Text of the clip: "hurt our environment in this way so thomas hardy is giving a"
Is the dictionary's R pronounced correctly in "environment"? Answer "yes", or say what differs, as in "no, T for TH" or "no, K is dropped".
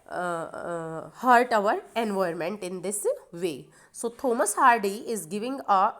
no, R is dropped